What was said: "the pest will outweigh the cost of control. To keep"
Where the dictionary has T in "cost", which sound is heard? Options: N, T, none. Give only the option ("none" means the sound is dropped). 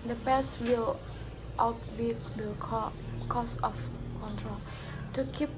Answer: none